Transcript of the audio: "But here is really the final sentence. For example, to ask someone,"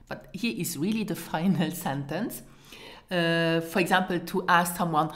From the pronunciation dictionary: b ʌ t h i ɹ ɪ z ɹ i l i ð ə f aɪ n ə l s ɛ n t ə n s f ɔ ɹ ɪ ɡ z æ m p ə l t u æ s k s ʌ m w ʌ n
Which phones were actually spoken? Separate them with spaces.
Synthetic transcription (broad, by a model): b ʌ t h i ɹ ɪ z ɹ i l i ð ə f aɪ n ə l s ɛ n t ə n s f ɔ ɹ ɪ ɡ z æ m p ə l t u æ s k s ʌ m w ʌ n